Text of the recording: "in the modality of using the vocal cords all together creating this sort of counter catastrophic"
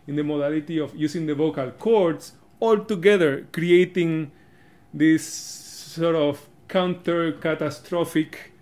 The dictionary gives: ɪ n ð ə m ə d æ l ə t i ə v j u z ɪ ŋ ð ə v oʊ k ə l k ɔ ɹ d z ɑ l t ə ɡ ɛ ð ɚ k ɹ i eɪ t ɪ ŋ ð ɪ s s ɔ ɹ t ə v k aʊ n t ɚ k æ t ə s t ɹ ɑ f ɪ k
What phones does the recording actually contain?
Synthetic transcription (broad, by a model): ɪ n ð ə m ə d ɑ l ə t i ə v j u s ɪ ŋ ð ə v oʊ k ə l k ɔ ɹ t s ɑ l t ə ɡ ɛ ð ɚ k ɹ i eɪ t ɪ ŋ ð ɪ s s ɔ ɹ t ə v k aʊ n t ɚ k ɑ t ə s t ɹ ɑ f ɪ k